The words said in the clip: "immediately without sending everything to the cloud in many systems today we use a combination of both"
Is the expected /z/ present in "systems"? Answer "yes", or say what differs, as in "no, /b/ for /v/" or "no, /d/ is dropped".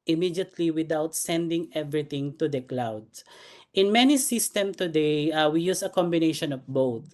no, /z/ is dropped